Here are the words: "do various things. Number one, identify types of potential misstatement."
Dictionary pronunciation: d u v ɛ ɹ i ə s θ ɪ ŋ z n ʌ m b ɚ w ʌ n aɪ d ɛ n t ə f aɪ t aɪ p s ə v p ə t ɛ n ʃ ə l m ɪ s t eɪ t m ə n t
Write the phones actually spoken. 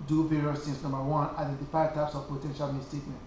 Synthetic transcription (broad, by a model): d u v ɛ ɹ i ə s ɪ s n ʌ m b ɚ w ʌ n aɪ d ɛ n t ə f aɪ t aɪ p s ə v p ə t ɛ n ʃ ə l m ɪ s t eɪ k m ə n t